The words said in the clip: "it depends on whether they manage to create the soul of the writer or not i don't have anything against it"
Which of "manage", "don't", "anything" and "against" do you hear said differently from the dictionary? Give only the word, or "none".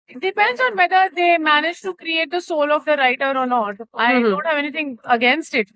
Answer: anything